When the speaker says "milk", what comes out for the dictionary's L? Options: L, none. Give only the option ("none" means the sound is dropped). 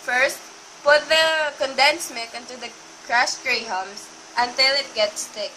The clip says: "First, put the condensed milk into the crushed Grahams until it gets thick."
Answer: none